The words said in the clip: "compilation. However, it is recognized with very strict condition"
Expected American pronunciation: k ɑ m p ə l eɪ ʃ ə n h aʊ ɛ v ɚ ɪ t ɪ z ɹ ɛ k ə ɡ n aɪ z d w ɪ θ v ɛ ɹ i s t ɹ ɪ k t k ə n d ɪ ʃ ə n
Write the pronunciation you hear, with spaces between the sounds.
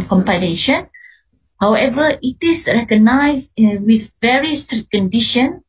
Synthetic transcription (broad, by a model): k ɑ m p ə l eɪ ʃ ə n h aʊ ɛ v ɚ ɪ t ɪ s ɹ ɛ k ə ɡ n aɪ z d w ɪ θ v ɛ ɹ i s t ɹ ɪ t k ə n d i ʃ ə n